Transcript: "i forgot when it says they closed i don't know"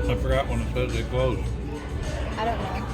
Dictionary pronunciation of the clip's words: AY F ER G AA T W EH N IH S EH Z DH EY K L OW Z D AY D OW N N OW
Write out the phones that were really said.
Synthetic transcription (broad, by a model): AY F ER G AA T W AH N IH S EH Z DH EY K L OW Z AY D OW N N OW